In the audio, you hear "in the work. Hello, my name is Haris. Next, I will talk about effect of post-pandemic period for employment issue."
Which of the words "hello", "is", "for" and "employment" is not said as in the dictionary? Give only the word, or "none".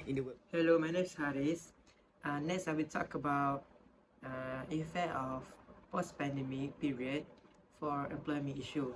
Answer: is